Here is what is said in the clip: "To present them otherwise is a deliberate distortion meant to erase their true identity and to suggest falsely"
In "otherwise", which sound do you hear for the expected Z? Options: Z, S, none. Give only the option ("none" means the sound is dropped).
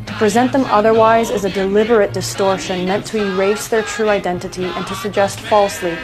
Z